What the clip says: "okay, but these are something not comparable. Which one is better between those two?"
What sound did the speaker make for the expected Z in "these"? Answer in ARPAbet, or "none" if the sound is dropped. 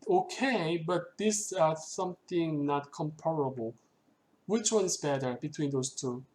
S